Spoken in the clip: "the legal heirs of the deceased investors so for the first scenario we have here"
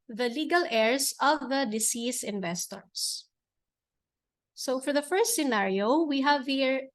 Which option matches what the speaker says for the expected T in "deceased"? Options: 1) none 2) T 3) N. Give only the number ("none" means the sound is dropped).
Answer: 1